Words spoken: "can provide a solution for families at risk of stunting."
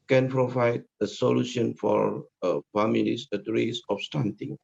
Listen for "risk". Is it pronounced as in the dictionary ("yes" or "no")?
no